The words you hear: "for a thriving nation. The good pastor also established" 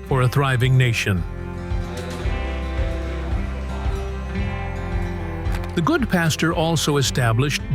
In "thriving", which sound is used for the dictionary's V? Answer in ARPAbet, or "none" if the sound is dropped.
V